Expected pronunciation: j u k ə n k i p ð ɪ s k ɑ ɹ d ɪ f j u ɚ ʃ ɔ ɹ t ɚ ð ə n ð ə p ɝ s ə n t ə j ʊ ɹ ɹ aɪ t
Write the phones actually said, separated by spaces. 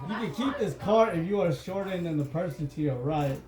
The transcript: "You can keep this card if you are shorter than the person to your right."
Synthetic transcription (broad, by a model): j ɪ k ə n k i p ð ɪ s k ɑ ɹ ɪ f j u ɚ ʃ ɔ ɹ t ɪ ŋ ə n ð ə p ɝ s ə n t ə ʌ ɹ ɹ aɪ t